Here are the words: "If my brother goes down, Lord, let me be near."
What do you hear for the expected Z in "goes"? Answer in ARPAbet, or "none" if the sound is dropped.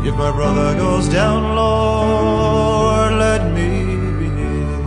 Z